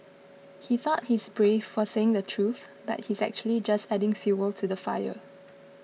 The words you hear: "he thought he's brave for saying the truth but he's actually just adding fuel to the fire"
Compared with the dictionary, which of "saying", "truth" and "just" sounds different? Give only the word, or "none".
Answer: none